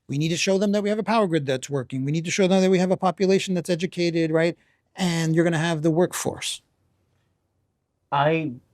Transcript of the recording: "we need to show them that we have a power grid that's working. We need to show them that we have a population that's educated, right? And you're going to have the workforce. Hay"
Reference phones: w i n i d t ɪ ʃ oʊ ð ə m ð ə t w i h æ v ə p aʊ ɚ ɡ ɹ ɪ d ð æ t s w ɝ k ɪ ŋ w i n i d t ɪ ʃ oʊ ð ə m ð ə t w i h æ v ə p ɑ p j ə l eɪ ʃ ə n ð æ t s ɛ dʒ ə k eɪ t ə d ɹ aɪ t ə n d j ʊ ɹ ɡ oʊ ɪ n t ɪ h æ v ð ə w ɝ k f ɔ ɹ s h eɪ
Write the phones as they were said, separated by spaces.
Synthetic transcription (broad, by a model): w i n i d t ɪ ʃ oʊ ð ə m ð ə t w i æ v ə p aʊ ɚ ɡ ɹ ɪ d ð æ t s w ɝ k ɪ ŋ w i n i d t ɪ ʃ oʊ ð ə m ð ə t w i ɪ v ə p ɑ p j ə l eɪ ʃ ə n ð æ t s ɛ dʒ ə k eɪ t ə d ɹ aɪ t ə n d j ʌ ɹ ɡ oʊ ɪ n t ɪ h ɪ v ð ə w ɝ k f ɔ ɹ s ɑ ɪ